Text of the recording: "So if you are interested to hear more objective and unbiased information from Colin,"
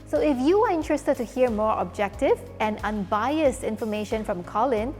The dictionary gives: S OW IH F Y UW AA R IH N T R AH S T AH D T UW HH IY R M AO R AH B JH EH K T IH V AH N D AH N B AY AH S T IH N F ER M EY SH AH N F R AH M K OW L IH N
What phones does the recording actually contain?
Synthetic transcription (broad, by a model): S OW IH F Y UW AA R IH N T R AH S T AH D T UW HH IY R M AO R AH B JH EH K T IH V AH N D AH N B AY AH S T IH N F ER M EY SH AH N F R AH M K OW L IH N